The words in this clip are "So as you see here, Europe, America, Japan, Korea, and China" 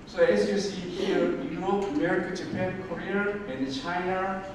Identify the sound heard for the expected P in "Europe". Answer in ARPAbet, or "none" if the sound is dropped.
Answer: none